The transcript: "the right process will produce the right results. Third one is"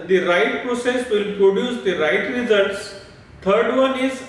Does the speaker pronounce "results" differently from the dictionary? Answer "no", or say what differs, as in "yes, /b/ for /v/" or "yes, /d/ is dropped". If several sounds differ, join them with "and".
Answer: no